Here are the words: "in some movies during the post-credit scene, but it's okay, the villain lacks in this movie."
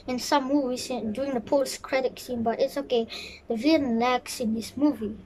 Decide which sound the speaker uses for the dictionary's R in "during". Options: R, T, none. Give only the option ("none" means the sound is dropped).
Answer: none